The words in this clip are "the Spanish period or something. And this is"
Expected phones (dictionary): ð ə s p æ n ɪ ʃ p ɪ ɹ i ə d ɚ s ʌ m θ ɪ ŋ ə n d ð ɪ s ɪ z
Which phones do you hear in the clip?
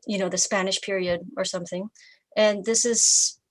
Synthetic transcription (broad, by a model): ð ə s p æ n ɪ ʃ p ɪ ɹ i ə d ɚ s ʌ m θ ɪ ŋ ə n ð ɪ s ɪ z